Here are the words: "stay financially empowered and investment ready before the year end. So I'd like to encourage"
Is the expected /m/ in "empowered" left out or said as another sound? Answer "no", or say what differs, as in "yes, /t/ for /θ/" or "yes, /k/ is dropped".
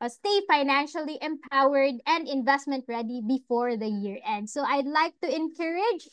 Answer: no